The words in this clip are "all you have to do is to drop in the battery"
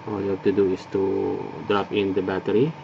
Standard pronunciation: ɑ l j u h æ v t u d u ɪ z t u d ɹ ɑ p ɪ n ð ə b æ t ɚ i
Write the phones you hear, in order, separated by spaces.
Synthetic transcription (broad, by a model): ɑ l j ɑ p t u d u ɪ s t u d ɹ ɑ f ɪ n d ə b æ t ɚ i